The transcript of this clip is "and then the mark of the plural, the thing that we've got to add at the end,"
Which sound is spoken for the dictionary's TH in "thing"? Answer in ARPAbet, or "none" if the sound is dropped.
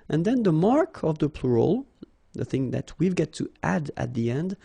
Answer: TH